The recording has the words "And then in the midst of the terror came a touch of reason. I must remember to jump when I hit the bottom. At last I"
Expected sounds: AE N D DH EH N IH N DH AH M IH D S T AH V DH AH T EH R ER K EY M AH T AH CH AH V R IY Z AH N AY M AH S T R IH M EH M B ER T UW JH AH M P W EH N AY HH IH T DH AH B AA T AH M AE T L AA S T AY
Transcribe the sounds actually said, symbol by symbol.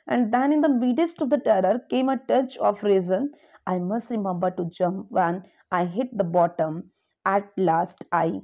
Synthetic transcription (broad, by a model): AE N D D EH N IH N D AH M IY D S T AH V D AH T EH R ER K EY M AH T AH CH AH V R IY Z AH N AY M AH S T R IH M EH M B ER T UW JH AH M P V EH N AY HH IH T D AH B AA T AH M AE T L AA S T AY